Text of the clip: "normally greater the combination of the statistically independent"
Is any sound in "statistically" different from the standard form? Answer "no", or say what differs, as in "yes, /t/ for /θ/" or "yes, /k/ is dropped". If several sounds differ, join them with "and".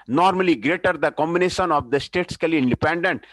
yes, /k/ is dropped